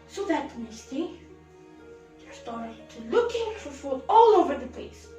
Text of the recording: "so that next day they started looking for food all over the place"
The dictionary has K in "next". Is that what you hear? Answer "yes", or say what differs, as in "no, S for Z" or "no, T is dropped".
no, K is dropped